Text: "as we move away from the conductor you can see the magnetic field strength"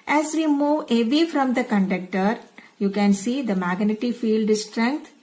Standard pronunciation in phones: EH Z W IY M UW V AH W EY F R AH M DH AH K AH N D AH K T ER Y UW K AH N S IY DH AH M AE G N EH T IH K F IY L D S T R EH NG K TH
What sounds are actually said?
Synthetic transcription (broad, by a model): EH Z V IY M UW V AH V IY F R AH M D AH K AH N D AH K T ER Y UW K AH N S IY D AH M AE G N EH T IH F IY L D S T R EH NG K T